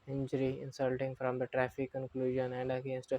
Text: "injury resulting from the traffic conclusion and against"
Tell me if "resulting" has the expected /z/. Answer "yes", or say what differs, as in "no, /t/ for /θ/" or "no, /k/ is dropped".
no, /s/ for /z/